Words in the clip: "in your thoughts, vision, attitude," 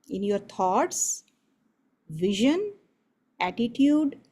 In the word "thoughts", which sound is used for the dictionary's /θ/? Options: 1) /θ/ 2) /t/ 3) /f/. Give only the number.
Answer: 2